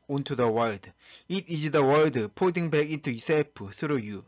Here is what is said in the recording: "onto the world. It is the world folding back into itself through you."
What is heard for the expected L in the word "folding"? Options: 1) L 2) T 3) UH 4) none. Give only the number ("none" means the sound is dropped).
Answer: 4